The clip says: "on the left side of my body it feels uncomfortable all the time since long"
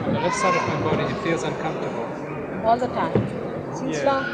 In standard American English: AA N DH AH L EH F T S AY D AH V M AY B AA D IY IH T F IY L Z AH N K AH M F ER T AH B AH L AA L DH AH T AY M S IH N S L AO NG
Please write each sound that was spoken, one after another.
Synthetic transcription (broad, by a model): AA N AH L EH T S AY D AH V M AY B AA D IY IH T F IY L Z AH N K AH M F T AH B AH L AA L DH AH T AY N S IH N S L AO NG